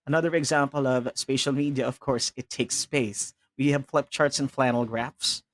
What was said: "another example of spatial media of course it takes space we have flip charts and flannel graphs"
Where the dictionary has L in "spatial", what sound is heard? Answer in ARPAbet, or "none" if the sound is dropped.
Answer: L